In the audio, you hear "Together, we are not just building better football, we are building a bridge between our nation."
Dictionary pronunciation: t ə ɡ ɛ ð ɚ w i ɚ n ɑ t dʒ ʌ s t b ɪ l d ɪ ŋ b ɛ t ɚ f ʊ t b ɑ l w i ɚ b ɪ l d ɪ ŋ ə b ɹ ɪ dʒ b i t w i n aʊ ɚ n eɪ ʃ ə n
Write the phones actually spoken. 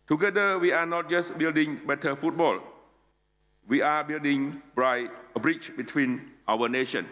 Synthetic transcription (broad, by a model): t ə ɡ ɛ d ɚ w i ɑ n ɑ t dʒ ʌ s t b ɪ l d ɪ ŋ b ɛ t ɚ f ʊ t b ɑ l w i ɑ b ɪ l d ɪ ŋ ə b ɹ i tʃ b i t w i n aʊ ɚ n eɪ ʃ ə n